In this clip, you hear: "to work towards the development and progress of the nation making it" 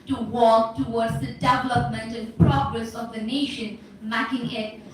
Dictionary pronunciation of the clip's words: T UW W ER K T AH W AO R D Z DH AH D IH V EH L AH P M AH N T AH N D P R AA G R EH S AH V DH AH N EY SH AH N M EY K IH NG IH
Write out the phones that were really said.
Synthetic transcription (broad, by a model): T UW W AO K T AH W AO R D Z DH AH D IH V EH L AH P M AH N T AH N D P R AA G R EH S AH V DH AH N EY SH AH N M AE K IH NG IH